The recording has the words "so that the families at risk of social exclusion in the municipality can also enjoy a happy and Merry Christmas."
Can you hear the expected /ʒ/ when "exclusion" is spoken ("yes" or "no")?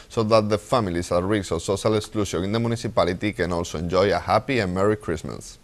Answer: no